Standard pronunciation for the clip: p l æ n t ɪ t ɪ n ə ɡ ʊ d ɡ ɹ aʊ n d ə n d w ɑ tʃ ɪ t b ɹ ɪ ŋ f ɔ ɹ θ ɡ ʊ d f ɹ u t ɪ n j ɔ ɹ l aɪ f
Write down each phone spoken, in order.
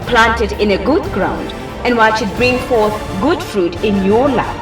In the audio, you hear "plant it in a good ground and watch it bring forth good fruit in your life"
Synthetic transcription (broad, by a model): p l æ n t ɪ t ɪ n ə ɡ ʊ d ɡ ɹ aʊ n d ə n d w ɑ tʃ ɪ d b ɹ ɪ ŋ f ɔ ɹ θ ɡ ʊ d f ɹ u t ɪ n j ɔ l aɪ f